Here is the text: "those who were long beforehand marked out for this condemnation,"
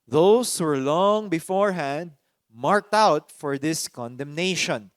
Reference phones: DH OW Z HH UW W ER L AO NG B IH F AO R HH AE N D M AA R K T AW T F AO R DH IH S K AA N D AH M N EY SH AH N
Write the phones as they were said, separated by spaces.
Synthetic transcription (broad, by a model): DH OW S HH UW W ER L AO NG B IH F AO R HH AE N D M AA R K T AW T F AO R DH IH S K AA N D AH M N EY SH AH N